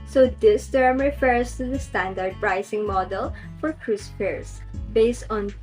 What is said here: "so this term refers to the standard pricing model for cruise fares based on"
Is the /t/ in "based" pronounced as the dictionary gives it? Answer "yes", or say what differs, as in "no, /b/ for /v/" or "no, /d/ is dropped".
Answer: yes